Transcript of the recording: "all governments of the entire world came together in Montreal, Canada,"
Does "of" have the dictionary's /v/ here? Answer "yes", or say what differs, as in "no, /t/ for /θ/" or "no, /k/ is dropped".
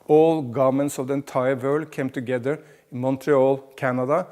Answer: yes